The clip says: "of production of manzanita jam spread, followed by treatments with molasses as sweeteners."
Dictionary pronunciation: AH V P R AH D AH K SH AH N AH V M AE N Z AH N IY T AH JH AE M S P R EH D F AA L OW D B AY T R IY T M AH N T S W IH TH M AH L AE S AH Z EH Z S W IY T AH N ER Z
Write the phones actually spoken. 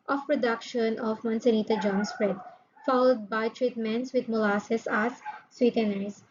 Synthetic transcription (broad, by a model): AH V P R AH D AH K SH AH N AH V M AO N S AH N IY T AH JH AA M S P R EH D F AA L OW D B AY T R IY T M AH N T S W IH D M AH L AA S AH S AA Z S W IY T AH N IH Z